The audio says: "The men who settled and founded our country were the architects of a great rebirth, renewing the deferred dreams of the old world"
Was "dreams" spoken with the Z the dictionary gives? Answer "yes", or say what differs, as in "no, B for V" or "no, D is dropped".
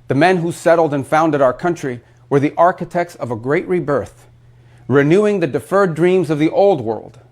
yes